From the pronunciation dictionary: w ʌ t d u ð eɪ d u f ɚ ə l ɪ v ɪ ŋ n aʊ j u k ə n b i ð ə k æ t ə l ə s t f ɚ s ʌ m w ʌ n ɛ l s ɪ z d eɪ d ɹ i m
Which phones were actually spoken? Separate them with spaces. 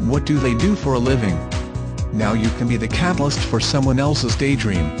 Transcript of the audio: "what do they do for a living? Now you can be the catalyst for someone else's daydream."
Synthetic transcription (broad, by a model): w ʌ t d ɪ ð eɪ d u f ɚ ə l ɪ v ɪ ŋ n aʊ j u k ə n b i ð ə k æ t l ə s t f ɚ s ʌ m w ʌ n ɛ l s ɪ z d eɪ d ɹ i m